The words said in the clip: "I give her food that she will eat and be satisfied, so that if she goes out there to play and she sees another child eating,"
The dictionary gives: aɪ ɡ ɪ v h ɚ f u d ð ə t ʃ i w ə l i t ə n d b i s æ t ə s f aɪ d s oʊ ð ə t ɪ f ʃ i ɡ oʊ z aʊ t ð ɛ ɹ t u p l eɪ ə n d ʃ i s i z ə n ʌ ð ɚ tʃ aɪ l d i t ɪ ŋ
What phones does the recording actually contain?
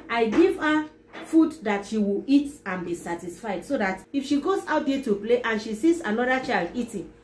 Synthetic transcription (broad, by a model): aɪ ɡ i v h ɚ f u d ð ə t ʃ i w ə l i t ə n b i s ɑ t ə s f aɪ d s oʊ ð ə t ɪ f ʃ i ɡ oʊ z aʊ t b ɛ t u p l eɪ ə n ʃ i s i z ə n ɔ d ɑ tʃ aɪ l d i t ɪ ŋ